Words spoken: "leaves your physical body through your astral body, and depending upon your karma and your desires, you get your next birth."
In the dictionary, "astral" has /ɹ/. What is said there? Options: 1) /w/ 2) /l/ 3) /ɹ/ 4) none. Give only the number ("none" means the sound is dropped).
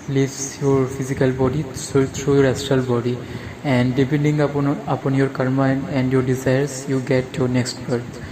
4